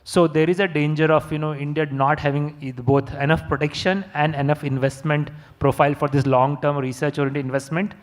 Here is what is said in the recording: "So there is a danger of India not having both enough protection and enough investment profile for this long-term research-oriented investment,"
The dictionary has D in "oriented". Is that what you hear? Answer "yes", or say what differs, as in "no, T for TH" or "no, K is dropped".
no, D is dropped